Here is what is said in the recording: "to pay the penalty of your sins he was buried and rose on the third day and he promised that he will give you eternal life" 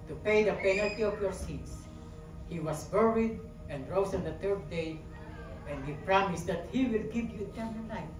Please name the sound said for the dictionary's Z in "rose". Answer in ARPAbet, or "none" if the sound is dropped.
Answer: S